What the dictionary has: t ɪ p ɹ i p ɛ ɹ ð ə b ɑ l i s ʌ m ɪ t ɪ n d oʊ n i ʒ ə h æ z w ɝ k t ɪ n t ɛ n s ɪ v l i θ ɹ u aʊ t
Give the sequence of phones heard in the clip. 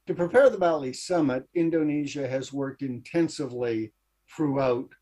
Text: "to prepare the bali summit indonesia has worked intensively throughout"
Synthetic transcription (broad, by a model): t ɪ p ɹ i p ɛ ɹ ð ə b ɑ l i s ʌ m ɪ t ɪ n d oʊ n i ʒ ə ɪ z w ɝ k t ɪ n t ɛ n s ɪ v l i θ ɹ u aʊ t